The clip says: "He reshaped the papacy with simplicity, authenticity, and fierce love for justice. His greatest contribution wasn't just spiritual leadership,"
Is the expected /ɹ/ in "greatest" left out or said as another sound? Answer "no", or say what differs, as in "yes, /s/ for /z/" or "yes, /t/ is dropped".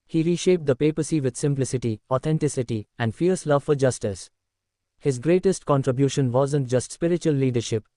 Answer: no